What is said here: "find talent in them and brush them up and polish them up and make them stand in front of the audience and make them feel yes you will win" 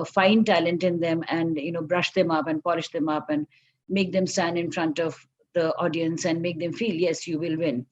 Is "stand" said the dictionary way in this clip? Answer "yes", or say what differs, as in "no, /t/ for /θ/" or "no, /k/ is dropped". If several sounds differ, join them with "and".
no, /d/ is dropped